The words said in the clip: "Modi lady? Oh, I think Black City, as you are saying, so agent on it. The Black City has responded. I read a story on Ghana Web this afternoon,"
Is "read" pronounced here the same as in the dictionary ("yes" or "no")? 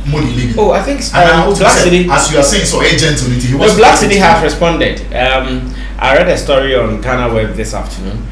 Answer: yes